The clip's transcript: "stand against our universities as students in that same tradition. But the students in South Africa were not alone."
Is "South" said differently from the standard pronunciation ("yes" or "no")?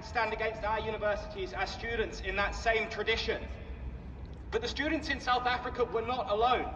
no